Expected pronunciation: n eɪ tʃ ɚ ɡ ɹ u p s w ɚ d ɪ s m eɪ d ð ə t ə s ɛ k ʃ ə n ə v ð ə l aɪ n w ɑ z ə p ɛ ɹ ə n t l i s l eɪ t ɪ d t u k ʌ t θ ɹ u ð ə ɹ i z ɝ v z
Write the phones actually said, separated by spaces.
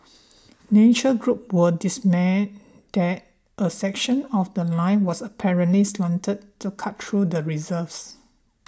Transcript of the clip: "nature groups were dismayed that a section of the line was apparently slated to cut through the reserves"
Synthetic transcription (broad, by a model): n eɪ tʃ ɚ ɡ ɹ u p w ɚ d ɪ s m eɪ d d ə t ə s ɛ k ʃ ə n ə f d ə l aɪ n w ɑ s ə p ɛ ɹ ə n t l i s l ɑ t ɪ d t u k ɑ t t ɹ u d ə ɹ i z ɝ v s